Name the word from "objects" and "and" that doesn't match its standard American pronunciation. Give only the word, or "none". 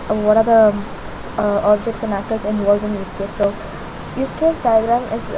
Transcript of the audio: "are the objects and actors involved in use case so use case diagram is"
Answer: none